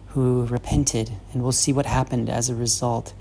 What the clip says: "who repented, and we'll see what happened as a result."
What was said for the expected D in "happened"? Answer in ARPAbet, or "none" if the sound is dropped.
D